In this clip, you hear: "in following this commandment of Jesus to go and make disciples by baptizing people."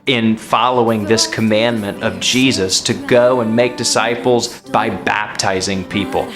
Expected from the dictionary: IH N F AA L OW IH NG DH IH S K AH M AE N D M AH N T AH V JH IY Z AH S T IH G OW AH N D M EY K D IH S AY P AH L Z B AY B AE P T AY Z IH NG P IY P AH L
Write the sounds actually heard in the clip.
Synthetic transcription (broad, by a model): IH N F AA L OW IH NG DH IH S K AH M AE N M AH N T AH V JH IY Z AH S T IH G OW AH N M EY K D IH S AY P L Z B AY B AE P T AY Z IH NG P IY P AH L